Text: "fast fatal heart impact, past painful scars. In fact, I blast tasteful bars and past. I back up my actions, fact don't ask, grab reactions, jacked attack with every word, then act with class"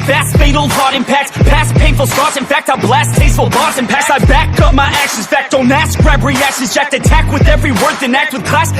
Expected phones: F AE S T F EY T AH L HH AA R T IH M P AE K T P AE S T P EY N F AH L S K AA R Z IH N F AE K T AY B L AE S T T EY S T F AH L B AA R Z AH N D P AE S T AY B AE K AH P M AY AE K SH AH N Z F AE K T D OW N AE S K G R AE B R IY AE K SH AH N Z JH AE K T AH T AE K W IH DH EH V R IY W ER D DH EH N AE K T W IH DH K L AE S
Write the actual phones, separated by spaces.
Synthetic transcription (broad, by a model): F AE S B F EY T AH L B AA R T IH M P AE K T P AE S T P EY N F L S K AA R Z IH N F AE K T AY B L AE S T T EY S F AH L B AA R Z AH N P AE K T AY B AE K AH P M AY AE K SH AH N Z F AE K T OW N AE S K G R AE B R IY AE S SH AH Z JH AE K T AH T AE K W IH DH EH V R IY W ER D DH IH N AE K T W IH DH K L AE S